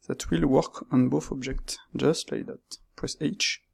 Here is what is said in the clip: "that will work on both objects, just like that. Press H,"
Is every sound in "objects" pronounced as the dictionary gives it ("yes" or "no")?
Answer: yes